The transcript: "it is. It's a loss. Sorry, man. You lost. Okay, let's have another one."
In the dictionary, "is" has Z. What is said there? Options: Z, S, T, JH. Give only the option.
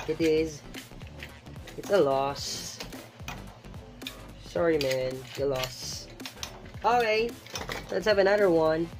Z